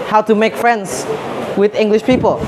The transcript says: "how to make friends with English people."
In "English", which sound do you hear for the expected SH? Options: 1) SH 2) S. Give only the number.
1